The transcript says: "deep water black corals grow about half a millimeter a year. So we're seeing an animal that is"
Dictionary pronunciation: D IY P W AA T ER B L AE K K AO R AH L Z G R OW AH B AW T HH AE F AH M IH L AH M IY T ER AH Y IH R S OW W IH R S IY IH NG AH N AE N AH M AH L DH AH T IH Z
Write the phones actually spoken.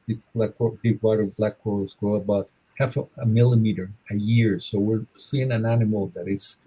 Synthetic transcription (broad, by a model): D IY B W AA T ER B L AE K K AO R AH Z G R OW AH B AW T HH AE F AH M IH L AH M IY T ER AH Y IH R S OW W IH R S IY IH NG AH N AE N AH M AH L DH AH T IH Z